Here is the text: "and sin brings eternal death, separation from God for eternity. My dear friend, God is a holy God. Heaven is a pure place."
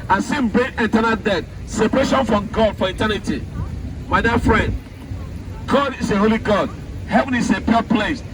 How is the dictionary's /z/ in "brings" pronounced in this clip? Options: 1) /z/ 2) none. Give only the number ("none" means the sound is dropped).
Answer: 2